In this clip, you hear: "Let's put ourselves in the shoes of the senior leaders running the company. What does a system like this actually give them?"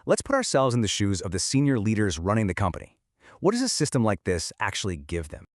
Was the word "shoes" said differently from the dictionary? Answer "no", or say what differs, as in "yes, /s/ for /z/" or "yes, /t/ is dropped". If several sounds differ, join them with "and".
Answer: no